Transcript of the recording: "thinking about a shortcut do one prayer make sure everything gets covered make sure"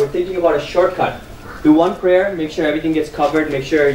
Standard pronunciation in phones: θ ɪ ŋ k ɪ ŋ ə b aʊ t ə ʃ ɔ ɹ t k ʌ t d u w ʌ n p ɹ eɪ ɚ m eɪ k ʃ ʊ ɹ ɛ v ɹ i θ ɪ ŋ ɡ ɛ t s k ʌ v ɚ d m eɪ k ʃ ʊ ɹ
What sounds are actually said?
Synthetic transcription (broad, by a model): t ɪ ŋ k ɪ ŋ ə b aʊ t ə ʃ ɔ ɹ t k ʌ t d u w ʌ n p ɹ eɪ ɚ m eɪ k ʃ ʊ ɹ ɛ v ɹ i t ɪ ŋ ɡ ɛ t s k ʌ v ɚ d m eɪ k ʃ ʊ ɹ